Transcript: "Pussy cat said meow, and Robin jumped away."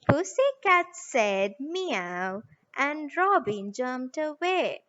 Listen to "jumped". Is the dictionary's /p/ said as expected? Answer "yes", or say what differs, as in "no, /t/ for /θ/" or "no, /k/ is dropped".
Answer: no, /p/ is dropped